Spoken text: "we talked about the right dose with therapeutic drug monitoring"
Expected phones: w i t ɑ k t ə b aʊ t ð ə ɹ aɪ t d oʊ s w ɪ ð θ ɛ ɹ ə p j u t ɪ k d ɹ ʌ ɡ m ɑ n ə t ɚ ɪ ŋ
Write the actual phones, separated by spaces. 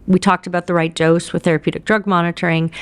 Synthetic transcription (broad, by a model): w i t ɑ k t ə b aʊ t ð ə ɹ aɪ t d oʊ s w ɪ ð θ ɛ ɹ ə p j u t ɪ k d ɹ ʌ ɡ m ɑ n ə t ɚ ɪ ŋ